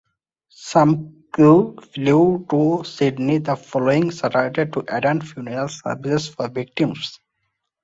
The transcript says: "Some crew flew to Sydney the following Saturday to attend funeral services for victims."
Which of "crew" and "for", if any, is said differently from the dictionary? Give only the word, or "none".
crew